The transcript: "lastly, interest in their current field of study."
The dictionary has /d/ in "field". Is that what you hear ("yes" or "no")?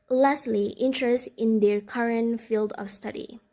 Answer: yes